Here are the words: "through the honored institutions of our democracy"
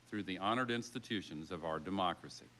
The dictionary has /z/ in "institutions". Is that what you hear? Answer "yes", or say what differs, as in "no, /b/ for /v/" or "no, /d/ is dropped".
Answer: yes